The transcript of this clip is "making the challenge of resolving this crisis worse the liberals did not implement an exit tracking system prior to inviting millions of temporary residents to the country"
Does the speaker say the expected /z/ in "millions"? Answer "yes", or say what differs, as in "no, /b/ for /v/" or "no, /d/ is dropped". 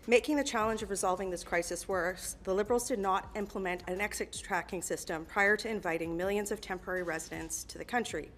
yes